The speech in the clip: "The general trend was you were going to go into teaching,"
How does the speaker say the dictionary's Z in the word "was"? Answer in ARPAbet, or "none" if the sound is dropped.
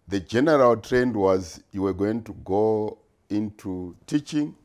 Z